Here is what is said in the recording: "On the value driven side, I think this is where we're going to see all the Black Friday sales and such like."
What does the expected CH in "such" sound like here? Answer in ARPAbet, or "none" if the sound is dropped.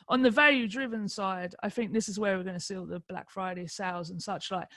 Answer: CH